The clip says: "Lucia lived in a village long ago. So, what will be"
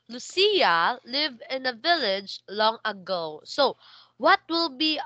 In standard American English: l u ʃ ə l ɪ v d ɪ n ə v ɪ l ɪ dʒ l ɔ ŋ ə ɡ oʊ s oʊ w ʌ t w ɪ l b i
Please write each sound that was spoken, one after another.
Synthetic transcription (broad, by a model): l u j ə l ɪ v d ɪ n ə v ɪ l ɪ dʒ l ɔ ŋ ə ɡ oʊ s oʊ w ʌ t w ɪ l b i